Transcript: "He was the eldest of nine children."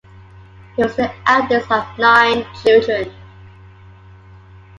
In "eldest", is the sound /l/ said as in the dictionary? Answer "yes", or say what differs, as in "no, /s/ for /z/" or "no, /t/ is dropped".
no, /l/ is dropped